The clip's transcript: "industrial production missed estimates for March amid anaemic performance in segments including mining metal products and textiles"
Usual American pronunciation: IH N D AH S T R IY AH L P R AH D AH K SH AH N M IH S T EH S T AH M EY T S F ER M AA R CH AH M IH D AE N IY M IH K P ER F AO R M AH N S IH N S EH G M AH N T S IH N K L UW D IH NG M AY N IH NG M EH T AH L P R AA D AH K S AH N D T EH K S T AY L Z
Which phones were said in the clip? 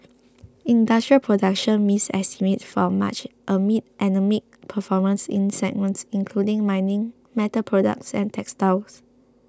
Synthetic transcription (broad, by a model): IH N D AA S T R IY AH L P R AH D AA K SH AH N M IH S EH S T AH M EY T F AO M AA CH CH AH M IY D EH N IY M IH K P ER F AO M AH N S IH N S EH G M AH N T S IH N K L UW D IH NG M AY N IH NG M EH T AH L P R AA D AH K S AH N T EH K S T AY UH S